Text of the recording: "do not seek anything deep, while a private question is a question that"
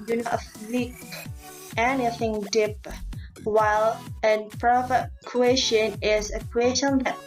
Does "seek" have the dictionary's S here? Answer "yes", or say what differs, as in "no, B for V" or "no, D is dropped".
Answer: no, TH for S